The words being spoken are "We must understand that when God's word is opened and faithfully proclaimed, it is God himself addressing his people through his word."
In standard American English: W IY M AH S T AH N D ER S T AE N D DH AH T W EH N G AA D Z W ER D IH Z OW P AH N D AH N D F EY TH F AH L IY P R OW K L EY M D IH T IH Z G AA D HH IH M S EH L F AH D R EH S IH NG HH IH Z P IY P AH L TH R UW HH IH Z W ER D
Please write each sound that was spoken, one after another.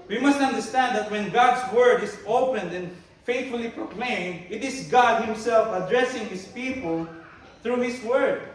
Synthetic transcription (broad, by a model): W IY M AH S T AH N D ER S T AE N D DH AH T W EH N G AA D S W ER D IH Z OW P AH N D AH N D F EY T F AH L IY P R OW K L EY M D IH T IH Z G AA D HH IH M S EH L F AH D R EH S IH NG HH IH S P IY P AH L TH R UW HH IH S W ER D